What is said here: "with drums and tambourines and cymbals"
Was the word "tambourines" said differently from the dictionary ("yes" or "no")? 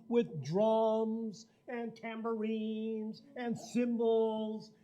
no